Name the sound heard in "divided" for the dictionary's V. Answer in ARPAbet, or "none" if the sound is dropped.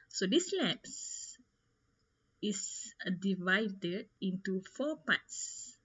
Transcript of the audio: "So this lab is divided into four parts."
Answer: V